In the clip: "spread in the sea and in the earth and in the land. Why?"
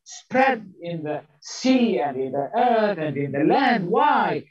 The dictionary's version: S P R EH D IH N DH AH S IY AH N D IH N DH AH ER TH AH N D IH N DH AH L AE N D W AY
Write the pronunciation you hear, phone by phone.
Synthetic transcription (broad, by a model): S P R EH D IH N DH AH S IY AH N D IH N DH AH ER TH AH N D IH N DH AH L AE N D W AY